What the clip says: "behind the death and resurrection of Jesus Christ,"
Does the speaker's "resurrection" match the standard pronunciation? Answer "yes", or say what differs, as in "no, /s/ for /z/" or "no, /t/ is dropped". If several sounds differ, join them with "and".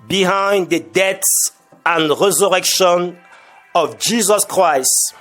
yes